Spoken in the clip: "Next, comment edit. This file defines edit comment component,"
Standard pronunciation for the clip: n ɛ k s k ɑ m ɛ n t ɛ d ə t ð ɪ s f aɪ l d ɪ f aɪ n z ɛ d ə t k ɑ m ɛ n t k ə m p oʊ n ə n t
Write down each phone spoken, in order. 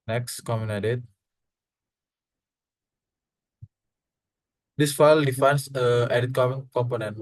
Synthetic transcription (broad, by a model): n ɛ k s k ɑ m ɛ n ɛ d ə t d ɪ s f aɪ l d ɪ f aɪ n s ɛ d ə t k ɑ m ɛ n k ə m p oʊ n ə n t